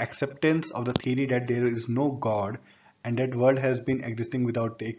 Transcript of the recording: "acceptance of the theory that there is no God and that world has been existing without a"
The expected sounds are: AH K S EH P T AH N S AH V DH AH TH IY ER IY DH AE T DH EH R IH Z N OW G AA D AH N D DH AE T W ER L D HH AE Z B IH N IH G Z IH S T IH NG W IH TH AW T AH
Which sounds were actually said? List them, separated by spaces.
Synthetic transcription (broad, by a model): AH K S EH P T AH N S AH V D AH T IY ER IY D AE T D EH R IH Z N OW G AA D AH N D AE T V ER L D HH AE Z B IH N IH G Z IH S T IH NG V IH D AW T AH